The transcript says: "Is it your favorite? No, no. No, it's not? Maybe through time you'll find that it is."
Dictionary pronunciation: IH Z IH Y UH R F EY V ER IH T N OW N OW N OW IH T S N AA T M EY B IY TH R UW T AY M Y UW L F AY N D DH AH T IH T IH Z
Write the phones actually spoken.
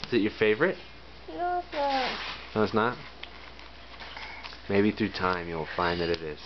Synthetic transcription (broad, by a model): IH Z IH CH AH R F EY V ER IH T N OW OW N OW IH T S N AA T M EY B IY TH R UW T AY M Y UW L F AY N DH AH T IH T IH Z